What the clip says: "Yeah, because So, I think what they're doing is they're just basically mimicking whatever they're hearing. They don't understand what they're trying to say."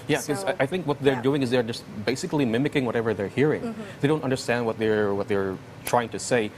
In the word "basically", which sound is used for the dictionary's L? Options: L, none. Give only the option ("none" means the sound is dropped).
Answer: L